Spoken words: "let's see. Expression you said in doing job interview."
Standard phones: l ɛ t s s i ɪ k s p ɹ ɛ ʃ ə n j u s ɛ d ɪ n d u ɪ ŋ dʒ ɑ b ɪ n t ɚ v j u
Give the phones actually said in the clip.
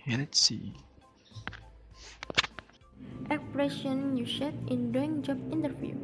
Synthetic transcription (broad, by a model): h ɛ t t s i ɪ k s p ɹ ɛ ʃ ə n j u ʃ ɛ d ɪ n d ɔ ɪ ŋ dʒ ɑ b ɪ n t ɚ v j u